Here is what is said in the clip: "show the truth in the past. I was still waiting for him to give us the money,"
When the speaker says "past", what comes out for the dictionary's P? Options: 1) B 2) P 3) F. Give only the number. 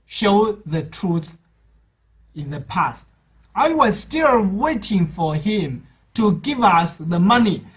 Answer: 2